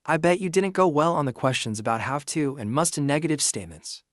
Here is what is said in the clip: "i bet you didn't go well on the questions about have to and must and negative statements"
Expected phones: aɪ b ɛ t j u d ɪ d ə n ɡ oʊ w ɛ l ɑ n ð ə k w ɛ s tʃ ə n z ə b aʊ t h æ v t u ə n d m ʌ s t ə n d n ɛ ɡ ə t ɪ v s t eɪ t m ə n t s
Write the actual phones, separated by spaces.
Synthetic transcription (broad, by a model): aɪ b ɛ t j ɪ d ɪ d n ɡ oʊ w ɛ l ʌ n ð ə k w ɛ s tʃ ə n z ə b aʊ t h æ f t u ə n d m ʌ s t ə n n ɛ ɡ ə t ɪ v s t eɪ t m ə n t s